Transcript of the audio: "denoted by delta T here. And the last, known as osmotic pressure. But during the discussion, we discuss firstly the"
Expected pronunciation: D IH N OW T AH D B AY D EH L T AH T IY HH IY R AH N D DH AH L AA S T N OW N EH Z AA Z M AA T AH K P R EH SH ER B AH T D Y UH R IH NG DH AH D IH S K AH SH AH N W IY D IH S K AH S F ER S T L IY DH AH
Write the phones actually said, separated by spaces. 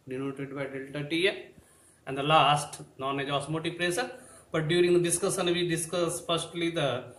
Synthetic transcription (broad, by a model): D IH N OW T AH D B AY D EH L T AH T IY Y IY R AH N D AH L AA S T N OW N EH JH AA S M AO T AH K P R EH S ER B AH T D Y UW R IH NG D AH D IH S K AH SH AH N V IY D IH S K AH S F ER S T L IY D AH